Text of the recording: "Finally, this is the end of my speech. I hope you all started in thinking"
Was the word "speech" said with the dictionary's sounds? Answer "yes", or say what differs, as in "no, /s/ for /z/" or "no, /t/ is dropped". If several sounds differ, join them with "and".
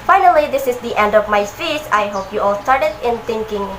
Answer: no, /p/ is dropped and /s/ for /tʃ/